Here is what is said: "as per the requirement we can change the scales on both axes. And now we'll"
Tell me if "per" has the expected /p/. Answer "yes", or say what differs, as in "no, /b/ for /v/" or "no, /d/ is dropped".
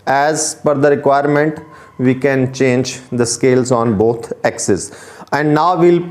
no, /f/ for /p/